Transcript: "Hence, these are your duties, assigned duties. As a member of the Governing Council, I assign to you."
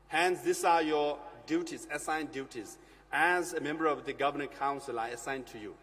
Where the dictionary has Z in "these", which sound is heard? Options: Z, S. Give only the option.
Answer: S